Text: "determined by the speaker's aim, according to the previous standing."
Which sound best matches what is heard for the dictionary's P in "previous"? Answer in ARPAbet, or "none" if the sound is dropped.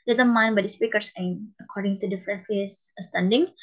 F